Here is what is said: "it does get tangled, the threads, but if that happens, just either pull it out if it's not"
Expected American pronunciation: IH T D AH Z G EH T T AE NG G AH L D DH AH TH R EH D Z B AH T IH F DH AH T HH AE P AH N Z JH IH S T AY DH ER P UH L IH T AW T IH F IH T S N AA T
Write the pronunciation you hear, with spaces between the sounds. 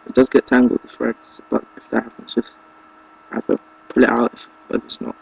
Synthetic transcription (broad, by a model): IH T D AH Z G EH T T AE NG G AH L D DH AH F R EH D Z B AH T IH F DH AH T HH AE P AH N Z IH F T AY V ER P UH L IH T AW T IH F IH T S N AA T